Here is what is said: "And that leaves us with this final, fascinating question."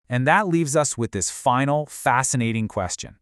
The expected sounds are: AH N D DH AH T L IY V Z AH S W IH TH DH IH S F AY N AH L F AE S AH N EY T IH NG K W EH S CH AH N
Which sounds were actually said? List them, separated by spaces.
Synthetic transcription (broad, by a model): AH N DH AH T L IY V Z AH S W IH DH IH S F AY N L F AE S AH N EY T IH NG K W EH S CH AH N